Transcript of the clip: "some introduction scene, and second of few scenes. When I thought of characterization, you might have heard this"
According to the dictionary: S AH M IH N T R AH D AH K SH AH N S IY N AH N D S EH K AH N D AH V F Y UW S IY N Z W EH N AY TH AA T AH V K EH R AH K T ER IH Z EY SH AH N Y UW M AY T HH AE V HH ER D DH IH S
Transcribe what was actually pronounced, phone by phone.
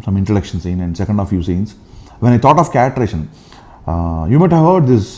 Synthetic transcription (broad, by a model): S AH M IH N T AH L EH K SH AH N S IY N AH N D S EH K AH N D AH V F Y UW S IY N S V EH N AY T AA T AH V K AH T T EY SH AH N Y UW M AY T HH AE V HH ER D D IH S